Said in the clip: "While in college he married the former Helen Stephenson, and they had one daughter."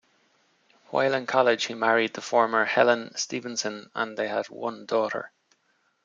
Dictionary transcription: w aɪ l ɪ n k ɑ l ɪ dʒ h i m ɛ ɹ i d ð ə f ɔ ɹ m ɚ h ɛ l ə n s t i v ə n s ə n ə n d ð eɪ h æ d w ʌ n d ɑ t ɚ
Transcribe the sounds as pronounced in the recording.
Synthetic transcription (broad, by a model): w aɪ l ɪ n k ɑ l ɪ ʒ h i m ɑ ɹ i d ð ə f ɔ ɹ m ɚ h ɛ l ə n s t i v ə n s ə n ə n ð eɪ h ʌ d w ʌ n d ɑ t ɚ